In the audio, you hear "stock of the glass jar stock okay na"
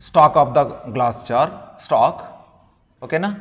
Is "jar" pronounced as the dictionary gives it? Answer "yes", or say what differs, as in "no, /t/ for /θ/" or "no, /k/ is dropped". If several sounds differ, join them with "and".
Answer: no, /tʃ/ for /dʒ/